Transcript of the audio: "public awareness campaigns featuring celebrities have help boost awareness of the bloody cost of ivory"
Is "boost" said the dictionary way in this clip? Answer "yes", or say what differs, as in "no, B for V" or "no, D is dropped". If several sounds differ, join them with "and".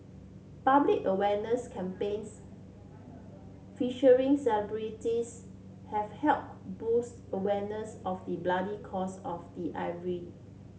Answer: yes